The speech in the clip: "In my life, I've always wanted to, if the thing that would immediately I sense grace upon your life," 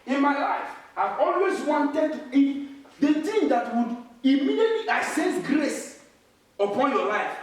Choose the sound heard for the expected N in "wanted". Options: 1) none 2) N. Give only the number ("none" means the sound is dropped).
2